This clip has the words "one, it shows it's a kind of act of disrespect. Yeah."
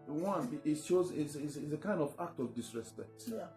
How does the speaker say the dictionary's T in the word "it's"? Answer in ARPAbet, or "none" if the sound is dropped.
S